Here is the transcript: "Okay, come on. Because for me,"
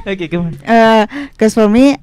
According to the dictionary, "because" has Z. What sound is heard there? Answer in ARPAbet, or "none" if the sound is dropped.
S